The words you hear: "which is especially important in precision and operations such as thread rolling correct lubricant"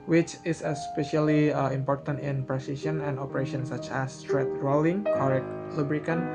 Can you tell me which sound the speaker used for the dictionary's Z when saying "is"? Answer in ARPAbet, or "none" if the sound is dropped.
S